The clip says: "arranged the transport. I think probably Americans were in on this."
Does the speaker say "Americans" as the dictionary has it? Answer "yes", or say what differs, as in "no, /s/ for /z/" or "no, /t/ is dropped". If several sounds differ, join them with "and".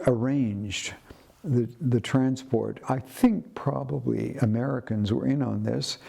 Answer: yes